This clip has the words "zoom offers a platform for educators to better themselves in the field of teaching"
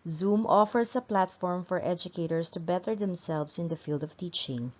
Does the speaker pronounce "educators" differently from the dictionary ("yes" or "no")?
yes